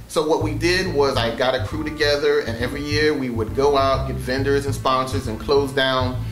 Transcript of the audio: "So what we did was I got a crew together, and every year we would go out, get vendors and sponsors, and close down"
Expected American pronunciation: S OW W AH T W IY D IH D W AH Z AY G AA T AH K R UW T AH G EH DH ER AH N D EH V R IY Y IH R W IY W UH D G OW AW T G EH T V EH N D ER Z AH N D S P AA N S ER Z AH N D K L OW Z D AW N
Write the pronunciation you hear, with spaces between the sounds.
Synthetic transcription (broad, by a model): S OW W AH T W IY D IH D W AH Z AY G AA T AH K R UW T AH G EH DH ER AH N EH V R IY Y IH R W IY W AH D G OW AW T G EH T V EH N D ER Z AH N S P AA N S ER Z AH N K L OW Z D AW N